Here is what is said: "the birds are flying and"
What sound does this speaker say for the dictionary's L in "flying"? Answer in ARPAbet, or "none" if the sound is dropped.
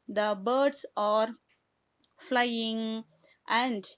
L